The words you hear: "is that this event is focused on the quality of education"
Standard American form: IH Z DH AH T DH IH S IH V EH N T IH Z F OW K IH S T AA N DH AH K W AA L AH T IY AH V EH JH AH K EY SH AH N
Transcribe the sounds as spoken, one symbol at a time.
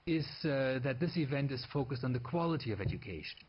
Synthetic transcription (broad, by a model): IH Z DH AH T DH IH S IH V EH N T IH Z F OW K IH S T N DH AH K W AA L AH T IY AH V EH JH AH K EY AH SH